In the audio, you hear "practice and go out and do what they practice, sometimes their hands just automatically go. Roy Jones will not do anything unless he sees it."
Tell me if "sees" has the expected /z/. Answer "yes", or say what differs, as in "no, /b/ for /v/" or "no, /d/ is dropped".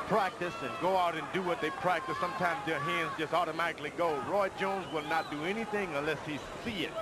no, /z/ is dropped